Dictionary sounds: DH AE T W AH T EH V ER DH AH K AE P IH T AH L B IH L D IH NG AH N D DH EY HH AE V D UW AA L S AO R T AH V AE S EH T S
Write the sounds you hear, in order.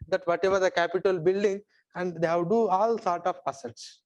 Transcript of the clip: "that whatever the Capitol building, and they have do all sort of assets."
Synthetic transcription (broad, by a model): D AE T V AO T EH V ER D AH K AE P IH T AH L B IH L D IH NG AH N D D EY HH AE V D UW AA L S AO R T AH P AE S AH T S